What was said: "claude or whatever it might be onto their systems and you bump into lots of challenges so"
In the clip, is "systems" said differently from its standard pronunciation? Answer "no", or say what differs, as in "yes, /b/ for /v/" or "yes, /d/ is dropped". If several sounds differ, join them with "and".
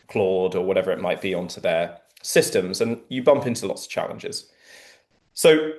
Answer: no